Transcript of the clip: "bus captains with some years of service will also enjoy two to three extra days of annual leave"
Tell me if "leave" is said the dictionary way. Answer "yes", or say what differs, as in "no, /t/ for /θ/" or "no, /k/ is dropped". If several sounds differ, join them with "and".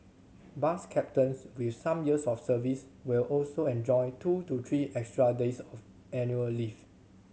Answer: no, /f/ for /v/